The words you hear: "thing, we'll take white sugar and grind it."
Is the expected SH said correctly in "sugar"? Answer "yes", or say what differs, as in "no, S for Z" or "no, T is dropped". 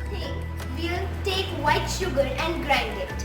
yes